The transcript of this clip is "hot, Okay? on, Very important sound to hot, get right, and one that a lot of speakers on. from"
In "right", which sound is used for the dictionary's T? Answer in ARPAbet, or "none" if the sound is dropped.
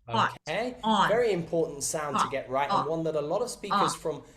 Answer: T